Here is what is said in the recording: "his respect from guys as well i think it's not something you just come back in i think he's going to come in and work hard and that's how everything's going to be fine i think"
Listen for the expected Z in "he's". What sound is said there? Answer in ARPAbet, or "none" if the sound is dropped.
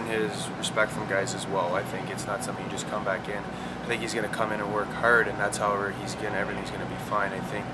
Z